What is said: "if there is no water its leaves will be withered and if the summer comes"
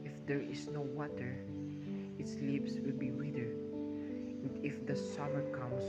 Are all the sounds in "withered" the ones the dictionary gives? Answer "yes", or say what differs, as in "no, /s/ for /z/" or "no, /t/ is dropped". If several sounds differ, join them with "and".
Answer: no, /d/ is dropped